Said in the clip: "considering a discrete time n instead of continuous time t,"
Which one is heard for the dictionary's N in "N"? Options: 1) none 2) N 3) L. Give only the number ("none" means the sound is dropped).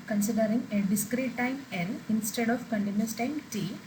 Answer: 3